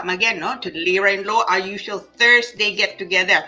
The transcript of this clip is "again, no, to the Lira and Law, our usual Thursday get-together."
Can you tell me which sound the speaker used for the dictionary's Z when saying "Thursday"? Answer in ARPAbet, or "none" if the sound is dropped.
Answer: S